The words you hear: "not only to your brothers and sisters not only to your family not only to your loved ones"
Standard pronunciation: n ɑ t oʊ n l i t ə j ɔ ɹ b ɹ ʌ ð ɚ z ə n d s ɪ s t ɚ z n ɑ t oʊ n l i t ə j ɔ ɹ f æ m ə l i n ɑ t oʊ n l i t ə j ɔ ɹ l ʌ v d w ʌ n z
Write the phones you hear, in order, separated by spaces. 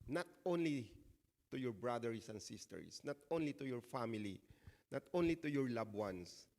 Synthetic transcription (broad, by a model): n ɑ t oʊ n l i t ə j ɔ ɹ b ɹ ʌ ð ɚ s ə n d s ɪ s t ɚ s n ɑ t oʊ n l i t ə j ɔ ɹ f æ m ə l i n ɑ t oʊ n l i t ə j ɔ ɹ l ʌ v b w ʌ n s